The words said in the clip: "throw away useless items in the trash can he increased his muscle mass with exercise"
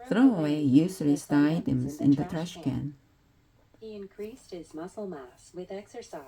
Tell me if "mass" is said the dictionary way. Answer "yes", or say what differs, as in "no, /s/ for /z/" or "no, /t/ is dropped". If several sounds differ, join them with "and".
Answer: yes